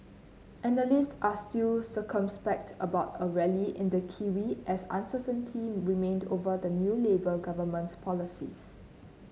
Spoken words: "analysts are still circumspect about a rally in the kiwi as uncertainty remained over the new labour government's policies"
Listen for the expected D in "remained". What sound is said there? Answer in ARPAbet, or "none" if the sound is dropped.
D